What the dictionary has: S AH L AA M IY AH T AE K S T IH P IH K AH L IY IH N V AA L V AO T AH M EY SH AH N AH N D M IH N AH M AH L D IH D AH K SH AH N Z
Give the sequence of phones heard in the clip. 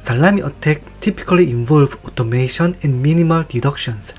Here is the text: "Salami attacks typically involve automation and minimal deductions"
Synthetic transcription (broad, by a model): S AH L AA M IY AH T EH K T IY P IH K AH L IY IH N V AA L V AO T AH M EY SH AH N AH N D M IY N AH M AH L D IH D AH K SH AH N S